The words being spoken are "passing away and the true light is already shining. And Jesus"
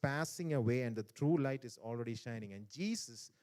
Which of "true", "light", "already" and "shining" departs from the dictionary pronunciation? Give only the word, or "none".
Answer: none